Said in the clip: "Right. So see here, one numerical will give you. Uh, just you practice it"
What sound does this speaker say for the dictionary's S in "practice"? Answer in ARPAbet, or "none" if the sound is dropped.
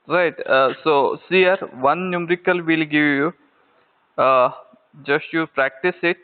S